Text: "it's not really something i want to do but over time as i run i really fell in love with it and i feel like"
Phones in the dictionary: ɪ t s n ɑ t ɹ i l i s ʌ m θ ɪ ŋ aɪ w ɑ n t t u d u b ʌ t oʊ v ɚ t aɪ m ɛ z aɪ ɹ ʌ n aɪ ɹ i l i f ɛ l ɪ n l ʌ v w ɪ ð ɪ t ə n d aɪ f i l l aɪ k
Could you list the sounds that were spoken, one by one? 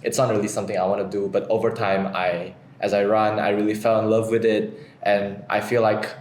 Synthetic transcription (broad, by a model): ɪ t s n ɑ t ɹ i l i s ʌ m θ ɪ ŋ aɪ w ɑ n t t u d u b ʌ t oʊ v ɚ t aɪ m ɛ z aɪ ɹ ʌ n aɪ ɹ i l i f ɛ l ɪ n l ʌ v w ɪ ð ɪ t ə n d aɪ f i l l aɪ k